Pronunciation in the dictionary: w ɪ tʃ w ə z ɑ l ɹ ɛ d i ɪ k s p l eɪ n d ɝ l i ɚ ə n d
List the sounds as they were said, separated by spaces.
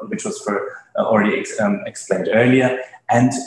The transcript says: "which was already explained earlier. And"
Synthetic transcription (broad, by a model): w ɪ tʃ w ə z ɑ l ɹ ɛ d i ɪ k s p l eɪ n d ɝ l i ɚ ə n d